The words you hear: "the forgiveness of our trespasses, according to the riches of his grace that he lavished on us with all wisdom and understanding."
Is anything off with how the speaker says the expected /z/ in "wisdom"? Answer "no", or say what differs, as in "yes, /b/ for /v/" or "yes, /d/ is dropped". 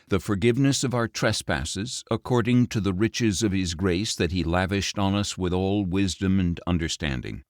no